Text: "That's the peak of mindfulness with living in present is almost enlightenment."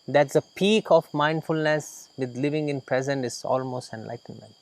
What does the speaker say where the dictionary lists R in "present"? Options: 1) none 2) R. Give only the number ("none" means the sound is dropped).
2